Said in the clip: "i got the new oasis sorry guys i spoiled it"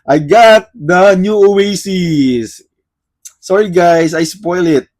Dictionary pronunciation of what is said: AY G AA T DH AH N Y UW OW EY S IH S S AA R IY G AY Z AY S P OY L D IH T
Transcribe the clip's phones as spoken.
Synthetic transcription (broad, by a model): AY G AA T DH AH N Y UW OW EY S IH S S AA R IY G AY S AY S P OY L IH T